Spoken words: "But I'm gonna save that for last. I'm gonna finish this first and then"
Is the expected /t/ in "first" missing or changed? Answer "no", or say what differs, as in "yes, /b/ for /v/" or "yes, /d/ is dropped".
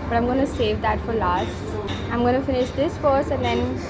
yes, /t/ is dropped